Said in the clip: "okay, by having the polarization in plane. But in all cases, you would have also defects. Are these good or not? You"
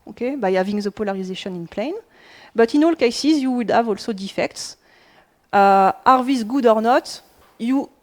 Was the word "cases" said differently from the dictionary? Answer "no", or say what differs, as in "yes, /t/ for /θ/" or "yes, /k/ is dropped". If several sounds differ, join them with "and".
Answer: no